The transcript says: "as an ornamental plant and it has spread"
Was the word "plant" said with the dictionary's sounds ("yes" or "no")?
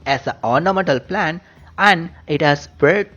no